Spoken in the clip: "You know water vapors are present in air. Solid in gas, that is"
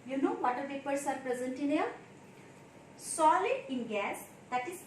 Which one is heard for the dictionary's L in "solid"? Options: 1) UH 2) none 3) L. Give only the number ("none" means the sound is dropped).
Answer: 3